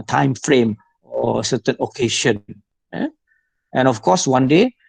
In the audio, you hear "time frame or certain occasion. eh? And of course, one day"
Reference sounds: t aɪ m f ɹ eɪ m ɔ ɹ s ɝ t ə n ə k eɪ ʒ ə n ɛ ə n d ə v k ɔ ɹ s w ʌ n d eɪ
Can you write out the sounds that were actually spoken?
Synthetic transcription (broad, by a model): t aɪ m f ɹ eɪ m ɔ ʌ s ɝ t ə n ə k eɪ ʃ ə n ɛ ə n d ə f k ɔ s w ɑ n d eɪ